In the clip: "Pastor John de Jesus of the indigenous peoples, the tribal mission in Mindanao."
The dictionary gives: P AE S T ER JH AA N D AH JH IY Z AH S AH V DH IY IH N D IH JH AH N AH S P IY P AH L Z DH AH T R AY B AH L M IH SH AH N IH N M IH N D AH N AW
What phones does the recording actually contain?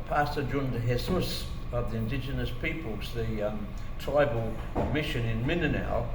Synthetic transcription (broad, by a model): P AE S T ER JH AA N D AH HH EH S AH S AH V DH IY IH N D IH JH AH N AH S P IY P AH L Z DH AH T R AY B AH L M IH SH AH N IH N M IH N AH N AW